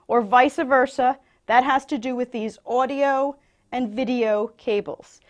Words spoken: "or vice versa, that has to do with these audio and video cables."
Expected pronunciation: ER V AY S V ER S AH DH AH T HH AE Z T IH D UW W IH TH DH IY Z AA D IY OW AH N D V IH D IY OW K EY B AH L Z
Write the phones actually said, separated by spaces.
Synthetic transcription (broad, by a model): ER V AY S V ER S AH DH AH T HH AE Z T IH D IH W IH DH IY Z AA D IY OW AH N V IH D IY OW K EY B L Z